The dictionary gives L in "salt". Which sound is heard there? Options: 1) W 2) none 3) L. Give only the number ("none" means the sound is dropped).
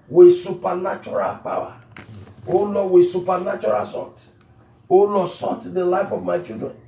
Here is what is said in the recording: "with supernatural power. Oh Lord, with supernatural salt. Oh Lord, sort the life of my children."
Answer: 2